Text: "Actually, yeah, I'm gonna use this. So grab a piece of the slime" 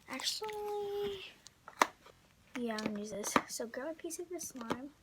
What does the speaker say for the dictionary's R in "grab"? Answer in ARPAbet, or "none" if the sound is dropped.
none